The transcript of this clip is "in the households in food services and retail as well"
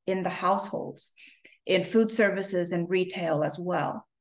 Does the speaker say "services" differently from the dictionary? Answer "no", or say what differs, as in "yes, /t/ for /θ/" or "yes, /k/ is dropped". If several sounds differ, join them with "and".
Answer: no